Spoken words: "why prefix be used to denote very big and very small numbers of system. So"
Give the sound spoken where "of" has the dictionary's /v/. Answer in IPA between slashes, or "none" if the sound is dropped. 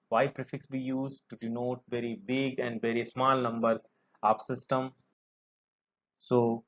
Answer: /p/